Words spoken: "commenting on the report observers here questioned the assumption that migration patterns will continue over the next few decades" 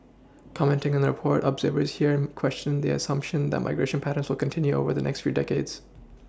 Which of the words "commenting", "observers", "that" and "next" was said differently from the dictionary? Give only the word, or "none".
none